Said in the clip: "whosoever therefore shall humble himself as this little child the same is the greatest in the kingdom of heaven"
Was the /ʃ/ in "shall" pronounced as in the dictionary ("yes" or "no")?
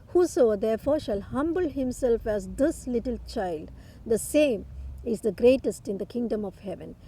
yes